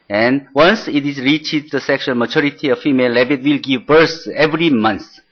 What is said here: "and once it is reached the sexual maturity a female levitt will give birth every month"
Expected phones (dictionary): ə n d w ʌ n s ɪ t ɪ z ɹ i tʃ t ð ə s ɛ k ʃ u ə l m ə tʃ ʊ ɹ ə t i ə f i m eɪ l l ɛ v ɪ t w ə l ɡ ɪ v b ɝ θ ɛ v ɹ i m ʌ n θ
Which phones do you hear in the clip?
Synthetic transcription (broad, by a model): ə n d w ʌ n s ɪ t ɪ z ɹ i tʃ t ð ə s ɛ k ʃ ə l m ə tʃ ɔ ɹ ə t i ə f i m eɪ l l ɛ b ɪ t w ə l ɡ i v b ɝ s ɛ v ɹ i m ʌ n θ